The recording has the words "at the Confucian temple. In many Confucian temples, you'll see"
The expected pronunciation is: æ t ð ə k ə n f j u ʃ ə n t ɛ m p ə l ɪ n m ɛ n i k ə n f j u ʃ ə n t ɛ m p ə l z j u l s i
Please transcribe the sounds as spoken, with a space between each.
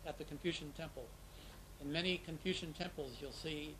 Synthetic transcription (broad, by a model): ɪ t ð ə k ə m f j u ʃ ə n t ɛ m p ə l ɪ n m ɛ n i k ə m f j u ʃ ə n t ɛ m p l z j u l s i